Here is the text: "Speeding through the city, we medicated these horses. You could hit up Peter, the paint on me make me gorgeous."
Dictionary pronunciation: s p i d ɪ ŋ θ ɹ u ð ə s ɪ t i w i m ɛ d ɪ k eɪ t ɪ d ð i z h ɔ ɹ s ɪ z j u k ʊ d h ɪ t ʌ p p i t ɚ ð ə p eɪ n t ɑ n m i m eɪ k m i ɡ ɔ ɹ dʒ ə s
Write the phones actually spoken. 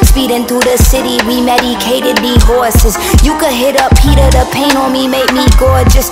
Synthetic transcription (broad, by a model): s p i d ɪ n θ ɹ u ð ə s ɪ t i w i m ɛ d ɪ k eɪ t ɪ d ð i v ɔ ɹ s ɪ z j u k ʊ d h ɪ t ʌ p p i t ɚ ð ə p eɪ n ɑ l m i m eɪ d m i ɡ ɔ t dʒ ə s